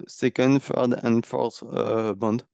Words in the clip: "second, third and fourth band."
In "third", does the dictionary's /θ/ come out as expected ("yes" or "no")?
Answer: no